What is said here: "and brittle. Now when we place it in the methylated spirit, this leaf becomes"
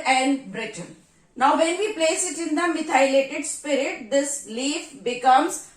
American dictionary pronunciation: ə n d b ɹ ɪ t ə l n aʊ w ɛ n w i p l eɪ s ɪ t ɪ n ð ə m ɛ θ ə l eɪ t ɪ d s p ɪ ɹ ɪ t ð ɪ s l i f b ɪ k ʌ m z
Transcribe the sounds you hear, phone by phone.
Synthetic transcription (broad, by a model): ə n d b ɹ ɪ t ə n n aʊ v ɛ n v i p l eɪ s ɪ t ɪ n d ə m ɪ t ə l eɪ t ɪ d s p ɪ ɹ ɪ t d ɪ s l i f b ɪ k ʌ m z